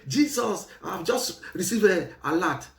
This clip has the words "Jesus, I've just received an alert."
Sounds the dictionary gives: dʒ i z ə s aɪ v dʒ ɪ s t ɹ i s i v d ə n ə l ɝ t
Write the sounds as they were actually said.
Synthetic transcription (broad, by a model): dʒ i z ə s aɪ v dʒ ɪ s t ɹ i s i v ə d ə l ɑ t